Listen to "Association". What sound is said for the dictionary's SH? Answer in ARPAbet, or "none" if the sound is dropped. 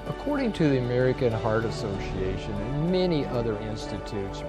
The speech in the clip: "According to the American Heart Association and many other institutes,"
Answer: none